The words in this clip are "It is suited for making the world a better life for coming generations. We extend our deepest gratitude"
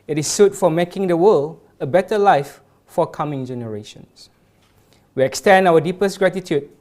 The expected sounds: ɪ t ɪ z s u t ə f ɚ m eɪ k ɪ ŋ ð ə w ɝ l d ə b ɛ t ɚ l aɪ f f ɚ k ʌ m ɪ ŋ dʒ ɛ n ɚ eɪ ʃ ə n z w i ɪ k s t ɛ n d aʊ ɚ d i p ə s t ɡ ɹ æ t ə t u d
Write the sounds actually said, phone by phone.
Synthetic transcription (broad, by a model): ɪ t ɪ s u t f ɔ m eɪ k ɪ ŋ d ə w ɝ l ə b ɛ t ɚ l aɪ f f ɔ k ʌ m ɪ ŋ dʒ ɛ n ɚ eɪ ʃ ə n s w i ɪ k s t ɛ n d aʊ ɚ d i p ə s t ɡ ɹ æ t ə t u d